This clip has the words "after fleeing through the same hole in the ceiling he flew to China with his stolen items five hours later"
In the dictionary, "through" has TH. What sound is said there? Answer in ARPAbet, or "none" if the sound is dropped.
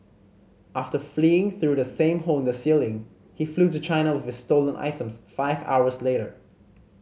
TH